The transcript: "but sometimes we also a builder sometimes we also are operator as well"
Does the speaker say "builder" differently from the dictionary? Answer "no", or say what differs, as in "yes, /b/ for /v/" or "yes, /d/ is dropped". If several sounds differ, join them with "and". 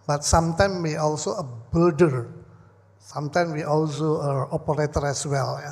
yes, /l/ is dropped